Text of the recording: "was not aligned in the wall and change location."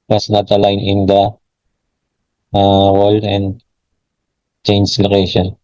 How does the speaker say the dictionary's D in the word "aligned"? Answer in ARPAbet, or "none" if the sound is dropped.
none